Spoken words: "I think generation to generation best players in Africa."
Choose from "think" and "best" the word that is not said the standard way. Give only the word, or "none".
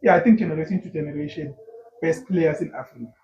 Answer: think